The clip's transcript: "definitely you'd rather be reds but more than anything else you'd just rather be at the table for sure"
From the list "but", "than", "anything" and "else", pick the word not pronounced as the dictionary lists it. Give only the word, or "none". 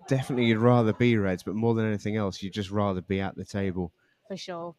none